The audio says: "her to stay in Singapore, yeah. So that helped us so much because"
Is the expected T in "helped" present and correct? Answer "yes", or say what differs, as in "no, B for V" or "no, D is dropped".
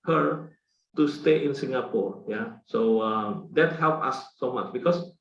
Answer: no, T is dropped